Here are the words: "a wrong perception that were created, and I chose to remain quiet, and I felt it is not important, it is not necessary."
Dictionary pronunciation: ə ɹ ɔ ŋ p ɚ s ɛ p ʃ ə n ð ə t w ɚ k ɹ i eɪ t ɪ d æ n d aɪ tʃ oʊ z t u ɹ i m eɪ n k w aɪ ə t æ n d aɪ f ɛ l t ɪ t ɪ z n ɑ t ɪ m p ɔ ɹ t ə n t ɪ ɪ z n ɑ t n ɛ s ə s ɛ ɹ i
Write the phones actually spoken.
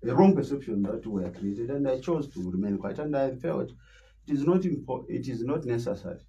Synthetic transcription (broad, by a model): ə ɹ ɔ ŋ p ɚ s ɛ p ʃ ə n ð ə t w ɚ k ɹ i eɪ t ɪ d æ n d aɪ tʃ oʊ z t u ɹ i m eɪ n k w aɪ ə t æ n d aɪ f ɛ l t ɪ t ɪ z n ɑ t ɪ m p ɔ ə t ɪ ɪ z n ɑ t n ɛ s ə s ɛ ɹ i